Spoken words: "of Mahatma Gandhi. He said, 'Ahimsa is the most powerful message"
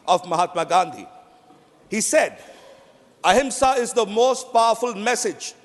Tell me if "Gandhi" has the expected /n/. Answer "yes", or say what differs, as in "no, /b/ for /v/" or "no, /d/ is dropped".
yes